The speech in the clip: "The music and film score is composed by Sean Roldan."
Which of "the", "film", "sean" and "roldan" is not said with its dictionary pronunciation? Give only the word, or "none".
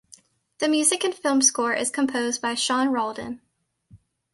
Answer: none